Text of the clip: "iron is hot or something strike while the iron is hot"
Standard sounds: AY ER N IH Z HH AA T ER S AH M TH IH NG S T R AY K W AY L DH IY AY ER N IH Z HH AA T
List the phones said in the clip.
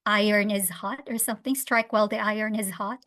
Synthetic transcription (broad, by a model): AY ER N IH Z HH AA T ER S AH M TH IH NG S T R AY K W AY L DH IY AY ER N IH Z HH AA T